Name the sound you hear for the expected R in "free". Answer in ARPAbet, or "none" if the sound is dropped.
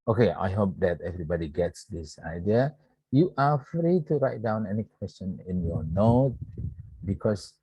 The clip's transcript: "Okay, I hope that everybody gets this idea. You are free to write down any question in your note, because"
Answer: R